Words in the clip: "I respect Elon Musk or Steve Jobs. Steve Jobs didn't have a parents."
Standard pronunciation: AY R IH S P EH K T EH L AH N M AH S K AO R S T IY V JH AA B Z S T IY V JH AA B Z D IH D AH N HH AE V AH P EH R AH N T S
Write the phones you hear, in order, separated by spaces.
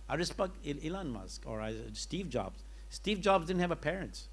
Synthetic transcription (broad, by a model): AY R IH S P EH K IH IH L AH N M AH S K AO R S T IY V JH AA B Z S T IY V JH AA B Z D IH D N HH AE V AH P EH R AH N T S